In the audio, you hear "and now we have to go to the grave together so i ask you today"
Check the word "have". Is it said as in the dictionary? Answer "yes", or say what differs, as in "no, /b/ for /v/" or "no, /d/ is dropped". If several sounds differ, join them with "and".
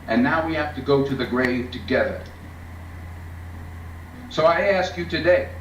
no, /f/ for /v/